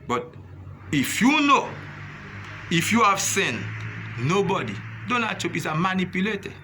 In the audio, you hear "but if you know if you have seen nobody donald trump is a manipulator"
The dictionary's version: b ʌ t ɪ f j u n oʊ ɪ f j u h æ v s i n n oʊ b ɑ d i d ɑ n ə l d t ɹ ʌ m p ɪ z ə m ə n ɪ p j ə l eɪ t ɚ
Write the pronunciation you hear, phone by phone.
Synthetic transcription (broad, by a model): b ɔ t ɪ f j u n oʊ ɪ f j u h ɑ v s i n n oʊ b ɑ d i d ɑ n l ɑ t ɔ p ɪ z ə m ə n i p j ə l eɪ t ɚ